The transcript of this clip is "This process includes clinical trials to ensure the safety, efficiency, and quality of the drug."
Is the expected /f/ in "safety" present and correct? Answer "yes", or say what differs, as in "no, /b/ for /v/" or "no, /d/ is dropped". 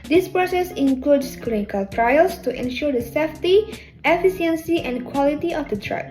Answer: yes